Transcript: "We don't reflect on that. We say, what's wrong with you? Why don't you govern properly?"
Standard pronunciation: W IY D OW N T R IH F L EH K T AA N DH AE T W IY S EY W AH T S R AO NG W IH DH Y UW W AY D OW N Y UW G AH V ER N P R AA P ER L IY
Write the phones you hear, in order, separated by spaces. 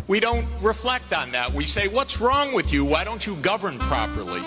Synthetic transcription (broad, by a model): W IY D OW N T R IH F L EH K T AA N DH AE T W IY S EY W AH T S R AO NG W IH DH Y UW W AY D OW N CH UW G AH V ER N P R AA P ER L IY